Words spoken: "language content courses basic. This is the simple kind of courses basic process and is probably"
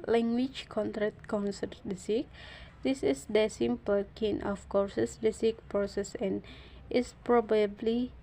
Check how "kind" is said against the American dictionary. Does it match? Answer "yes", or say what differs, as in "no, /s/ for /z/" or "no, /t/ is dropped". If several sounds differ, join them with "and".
no, /d/ is dropped